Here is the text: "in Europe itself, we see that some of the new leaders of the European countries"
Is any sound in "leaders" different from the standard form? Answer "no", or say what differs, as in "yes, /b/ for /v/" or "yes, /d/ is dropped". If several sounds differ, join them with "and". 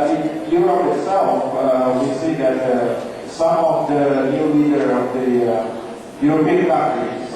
yes, /z/ is dropped